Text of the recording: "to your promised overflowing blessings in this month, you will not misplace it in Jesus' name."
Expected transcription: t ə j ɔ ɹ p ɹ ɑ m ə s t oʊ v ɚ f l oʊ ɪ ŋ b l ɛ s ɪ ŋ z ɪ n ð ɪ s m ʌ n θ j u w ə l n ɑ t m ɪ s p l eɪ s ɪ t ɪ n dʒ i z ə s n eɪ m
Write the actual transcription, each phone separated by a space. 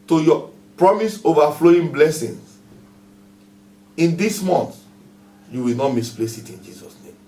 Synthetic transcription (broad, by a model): t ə j ɔ p ɹ ɑ m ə s oʊ v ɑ f l oʊ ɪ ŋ b l ɛ s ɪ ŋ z ɪ n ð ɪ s m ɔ n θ j u w ə l n ɑ t m ɪ s p l eɪ s ɪ t ɪ n dʒ i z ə s n eɪ m